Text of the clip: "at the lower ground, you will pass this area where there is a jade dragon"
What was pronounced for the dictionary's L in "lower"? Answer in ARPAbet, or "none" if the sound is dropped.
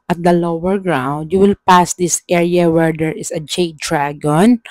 L